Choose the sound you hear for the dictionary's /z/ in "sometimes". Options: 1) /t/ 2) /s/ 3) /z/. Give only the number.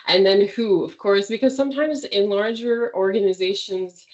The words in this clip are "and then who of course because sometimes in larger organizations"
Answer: 3